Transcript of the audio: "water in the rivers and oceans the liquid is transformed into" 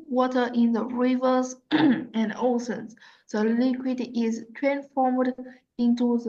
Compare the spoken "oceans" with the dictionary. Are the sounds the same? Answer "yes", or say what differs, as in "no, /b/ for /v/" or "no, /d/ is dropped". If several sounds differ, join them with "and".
no, /s/ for /ʃ/